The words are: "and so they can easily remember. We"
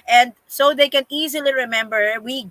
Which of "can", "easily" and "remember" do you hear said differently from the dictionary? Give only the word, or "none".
none